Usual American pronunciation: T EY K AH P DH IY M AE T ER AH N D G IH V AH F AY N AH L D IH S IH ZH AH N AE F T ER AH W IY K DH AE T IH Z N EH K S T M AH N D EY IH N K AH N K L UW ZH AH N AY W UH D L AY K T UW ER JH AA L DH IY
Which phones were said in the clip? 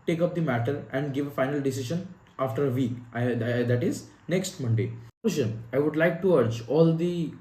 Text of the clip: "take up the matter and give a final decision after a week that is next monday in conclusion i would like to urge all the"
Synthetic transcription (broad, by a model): T EY K AH P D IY M AE T ER AH N D G IH V AH F AY N AH L D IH S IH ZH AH N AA F T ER AH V IY K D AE T IH Z N EH K S T M AH N D EY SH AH N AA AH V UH D L AY K T UW ER JH AA L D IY